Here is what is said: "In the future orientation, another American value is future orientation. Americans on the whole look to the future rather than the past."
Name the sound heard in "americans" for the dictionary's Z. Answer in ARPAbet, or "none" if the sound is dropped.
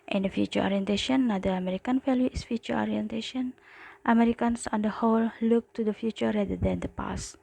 S